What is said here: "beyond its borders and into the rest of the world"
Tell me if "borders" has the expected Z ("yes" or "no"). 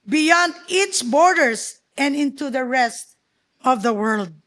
no